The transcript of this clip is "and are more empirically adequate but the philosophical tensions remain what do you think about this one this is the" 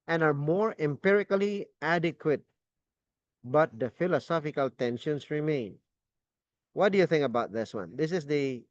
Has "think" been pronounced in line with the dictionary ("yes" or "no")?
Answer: yes